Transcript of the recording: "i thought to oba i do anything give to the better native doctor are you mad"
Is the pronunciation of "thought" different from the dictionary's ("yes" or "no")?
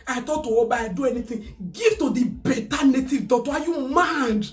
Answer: yes